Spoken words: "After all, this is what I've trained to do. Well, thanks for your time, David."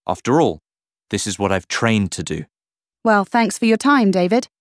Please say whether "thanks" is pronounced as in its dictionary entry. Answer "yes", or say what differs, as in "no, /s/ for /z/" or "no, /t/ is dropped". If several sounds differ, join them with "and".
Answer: yes